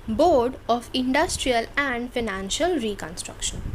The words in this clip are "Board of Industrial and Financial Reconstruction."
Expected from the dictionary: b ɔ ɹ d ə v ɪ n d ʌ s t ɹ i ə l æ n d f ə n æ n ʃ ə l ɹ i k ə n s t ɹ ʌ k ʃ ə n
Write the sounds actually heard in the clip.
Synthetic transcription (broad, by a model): b ɔ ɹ d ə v ɪ n d ʌ s t ɹ i ə l æ n d f ə n æ n ʃ ə l ɹ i k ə n s t ɹ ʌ k ʃ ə n